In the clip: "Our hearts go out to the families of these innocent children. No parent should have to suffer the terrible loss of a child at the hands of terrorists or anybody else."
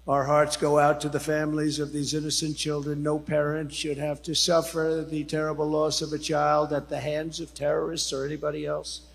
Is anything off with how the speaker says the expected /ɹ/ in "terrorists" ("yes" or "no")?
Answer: no